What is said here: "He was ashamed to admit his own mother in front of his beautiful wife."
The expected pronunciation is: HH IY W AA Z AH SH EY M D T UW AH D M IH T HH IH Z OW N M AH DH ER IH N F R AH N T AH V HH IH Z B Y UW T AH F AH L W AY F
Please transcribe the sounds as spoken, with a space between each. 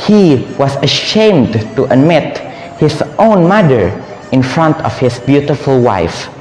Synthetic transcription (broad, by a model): HH IY W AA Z AH SH EY M D T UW AH D M IH T HH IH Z OW N M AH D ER IH N F R AH N T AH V HH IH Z B Y UW T AH F AH L W AY F